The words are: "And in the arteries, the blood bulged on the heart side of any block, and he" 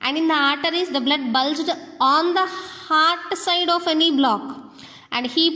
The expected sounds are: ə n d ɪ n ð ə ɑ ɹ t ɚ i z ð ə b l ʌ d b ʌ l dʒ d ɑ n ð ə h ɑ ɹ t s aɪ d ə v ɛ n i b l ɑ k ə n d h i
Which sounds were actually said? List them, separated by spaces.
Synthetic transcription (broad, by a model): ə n d ɪ n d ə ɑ ɹ t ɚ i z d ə b l ʌ d b ʌ l dʒ d ɑ n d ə h ɑ ɹ t s aɪ d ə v ɛ n i b l ɑ k ə n d h i